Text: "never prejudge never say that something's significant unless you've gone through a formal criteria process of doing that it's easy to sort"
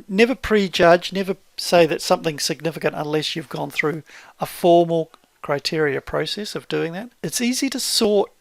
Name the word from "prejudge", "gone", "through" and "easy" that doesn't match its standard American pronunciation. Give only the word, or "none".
none